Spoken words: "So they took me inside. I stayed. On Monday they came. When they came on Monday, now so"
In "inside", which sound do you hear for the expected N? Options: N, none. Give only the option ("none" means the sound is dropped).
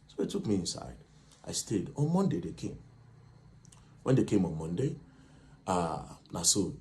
N